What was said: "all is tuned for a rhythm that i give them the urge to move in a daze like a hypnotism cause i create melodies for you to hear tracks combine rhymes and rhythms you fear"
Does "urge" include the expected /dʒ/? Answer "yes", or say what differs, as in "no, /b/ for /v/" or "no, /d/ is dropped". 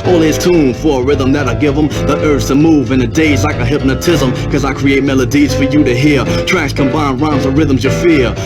no, /z/ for /dʒ/